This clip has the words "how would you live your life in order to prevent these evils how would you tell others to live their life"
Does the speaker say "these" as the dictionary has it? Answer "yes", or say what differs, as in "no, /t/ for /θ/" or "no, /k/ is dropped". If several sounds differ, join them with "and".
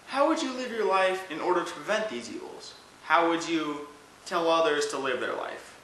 yes